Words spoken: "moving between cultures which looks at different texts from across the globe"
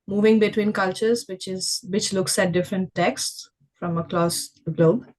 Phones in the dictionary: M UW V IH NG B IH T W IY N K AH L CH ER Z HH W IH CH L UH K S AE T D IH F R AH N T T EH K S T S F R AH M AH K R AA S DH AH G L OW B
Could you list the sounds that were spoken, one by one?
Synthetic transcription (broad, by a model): M UW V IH NG B IH T W IY N K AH L CH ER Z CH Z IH CH L UH K S AE T D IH F R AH N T T EH K S T S F R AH M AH K L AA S G L OW B